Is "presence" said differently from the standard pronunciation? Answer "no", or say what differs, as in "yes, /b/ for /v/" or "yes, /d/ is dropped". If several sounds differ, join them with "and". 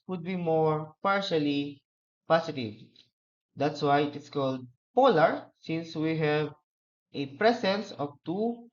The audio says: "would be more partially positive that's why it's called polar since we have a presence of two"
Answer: yes, /s/ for /z/